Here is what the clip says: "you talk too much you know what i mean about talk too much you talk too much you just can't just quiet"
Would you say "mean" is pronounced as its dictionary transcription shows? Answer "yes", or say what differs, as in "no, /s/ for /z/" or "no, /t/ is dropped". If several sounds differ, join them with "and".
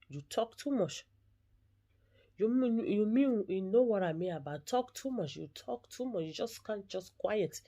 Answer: no, /n/ is dropped